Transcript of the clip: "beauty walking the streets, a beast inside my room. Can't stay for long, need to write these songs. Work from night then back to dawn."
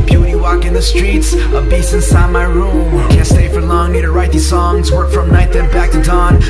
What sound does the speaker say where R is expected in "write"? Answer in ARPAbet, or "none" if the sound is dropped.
R